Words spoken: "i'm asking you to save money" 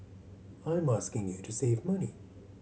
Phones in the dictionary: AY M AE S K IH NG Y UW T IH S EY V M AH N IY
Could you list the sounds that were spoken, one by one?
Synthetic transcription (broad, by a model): AY M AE S K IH NG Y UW T IH S EY V M AH N IY